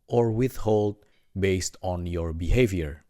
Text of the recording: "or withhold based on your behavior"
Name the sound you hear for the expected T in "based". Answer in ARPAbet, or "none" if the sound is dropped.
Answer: T